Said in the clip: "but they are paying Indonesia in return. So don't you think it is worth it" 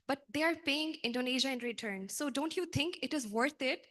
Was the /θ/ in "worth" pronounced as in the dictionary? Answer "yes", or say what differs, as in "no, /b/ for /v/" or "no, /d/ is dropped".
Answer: no, /t/ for /θ/